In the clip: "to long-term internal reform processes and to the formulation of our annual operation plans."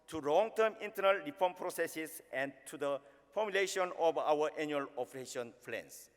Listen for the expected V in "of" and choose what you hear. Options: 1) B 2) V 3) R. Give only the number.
1